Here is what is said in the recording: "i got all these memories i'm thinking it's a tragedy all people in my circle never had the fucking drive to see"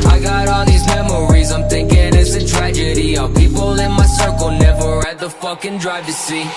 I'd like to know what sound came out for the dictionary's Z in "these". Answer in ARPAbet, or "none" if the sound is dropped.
Z